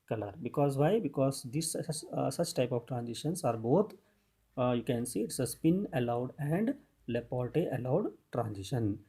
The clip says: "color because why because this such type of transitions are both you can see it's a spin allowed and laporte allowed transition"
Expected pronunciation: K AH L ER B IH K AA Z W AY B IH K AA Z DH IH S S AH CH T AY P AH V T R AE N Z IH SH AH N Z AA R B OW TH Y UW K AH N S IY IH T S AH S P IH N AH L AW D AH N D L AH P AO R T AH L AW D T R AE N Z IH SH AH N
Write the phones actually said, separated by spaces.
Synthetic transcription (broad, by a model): K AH L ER B IH K AA Z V AY B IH K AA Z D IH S S AH CH T AY P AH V T R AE N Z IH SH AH N S AA R B OW T Y UW K AH N S IY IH T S AH S P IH N AH L AW D AH N D L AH P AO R T AH L AW D T R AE N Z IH SH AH N